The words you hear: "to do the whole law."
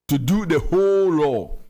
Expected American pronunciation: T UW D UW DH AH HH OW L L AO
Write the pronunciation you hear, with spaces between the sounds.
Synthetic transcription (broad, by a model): T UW D UW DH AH HH OW L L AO